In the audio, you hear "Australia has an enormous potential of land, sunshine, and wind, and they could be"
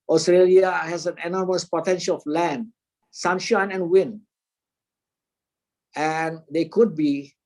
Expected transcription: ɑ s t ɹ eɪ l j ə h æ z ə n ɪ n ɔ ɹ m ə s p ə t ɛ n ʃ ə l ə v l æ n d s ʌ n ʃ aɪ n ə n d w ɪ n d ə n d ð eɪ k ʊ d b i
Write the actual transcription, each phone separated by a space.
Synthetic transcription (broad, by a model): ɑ s t ɹ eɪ l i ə h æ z ə n ɪ n ɔ ɹ m ə s p ə t ɛ n ʃ ə l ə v l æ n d s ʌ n ʃ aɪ n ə n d w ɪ n ə n d eɪ k ʊ d b i